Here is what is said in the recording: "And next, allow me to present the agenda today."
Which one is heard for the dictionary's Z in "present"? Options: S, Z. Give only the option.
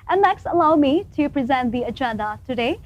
Z